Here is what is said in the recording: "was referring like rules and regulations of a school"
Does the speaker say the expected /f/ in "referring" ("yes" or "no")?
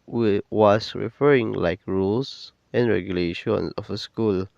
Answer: yes